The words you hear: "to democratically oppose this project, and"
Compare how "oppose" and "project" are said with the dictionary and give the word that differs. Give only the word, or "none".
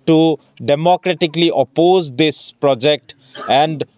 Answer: none